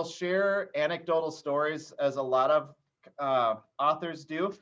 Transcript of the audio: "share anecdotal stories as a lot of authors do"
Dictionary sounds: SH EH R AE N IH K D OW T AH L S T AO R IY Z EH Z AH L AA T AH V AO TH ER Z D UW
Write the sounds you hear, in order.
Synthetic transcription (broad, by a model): SH EH R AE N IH K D OW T L S T AO R IY Z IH Z AH L AA T AH V AO TH ER Z D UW